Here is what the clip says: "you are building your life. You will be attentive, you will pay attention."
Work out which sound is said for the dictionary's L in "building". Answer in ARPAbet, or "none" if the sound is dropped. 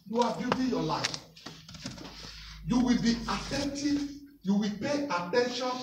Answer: none